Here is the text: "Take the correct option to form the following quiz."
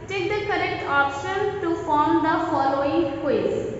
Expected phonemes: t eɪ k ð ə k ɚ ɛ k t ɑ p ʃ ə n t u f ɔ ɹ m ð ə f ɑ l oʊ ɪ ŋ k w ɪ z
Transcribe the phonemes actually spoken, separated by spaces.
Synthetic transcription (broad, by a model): t eɪ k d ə k ɚ ɛ k t ɑ p ʃ ə n t u f ɔ ɹ m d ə f ɑ l oʊ ɪ ŋ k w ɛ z